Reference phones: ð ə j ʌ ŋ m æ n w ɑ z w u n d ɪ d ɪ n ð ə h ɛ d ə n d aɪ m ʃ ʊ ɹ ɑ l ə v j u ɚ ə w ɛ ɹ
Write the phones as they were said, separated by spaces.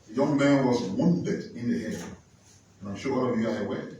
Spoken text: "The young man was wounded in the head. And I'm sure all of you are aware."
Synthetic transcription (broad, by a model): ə j ʌ ŋ m æ n w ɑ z w u n d ɪ d ɪ n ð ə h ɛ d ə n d aɪ m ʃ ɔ w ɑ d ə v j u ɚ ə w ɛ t